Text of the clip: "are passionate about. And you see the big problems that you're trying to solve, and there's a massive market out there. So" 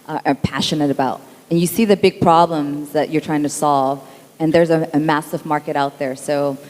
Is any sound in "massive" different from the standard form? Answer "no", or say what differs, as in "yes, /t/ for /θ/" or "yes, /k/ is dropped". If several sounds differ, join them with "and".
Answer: no